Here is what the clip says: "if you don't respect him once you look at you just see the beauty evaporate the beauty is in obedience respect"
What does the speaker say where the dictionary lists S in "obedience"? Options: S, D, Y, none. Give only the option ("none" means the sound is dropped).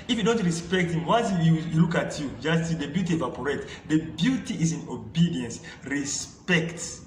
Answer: S